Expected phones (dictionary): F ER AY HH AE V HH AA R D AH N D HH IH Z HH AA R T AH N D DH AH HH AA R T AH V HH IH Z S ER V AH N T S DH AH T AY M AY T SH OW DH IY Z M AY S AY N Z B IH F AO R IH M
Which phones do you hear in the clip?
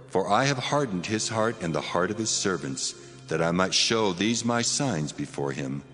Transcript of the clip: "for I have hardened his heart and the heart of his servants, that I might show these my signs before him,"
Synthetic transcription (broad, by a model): F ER AY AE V HH AA R D N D HH IH Z HH AA R T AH N DH AH HH AA R T AH V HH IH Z S ER V AH N T S DH AH T AY M AY T SH OW DH IY Z M AY S AY N Z B IH F AO R IH M